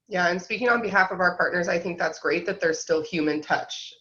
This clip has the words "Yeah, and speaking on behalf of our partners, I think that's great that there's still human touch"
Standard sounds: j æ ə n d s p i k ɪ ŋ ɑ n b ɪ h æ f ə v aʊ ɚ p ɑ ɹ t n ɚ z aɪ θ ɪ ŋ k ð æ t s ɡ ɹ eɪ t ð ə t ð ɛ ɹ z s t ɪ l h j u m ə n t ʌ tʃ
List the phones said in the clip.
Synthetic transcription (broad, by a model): j æ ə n s p i k ɪ ŋ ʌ n b ɪ h æ f ə v aʊ ɚ p ɑ ɹ t n ɚ z aɪ θ ɪ ŋ k ð æ t s ɡ ɹ eɪ t ð ə t ð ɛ ɹ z s t ɪ l h j u m ə n t ʌ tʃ